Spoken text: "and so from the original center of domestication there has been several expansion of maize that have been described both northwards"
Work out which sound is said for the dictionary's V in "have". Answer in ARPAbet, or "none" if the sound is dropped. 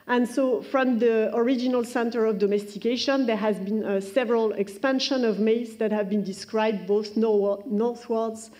V